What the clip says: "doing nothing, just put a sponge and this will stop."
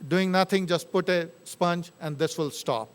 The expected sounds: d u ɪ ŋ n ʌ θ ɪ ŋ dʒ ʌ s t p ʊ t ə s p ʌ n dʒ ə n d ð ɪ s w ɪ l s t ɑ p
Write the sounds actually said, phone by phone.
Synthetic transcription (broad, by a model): d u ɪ ŋ n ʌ t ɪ ŋ dʒ ʌ s t p ʊ t ə s p ʌ n dʒ ə n d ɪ s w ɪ l s t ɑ p